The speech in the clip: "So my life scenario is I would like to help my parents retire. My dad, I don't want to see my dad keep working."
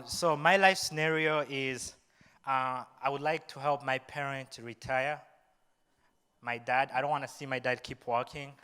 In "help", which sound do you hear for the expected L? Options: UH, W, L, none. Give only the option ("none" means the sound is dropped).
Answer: L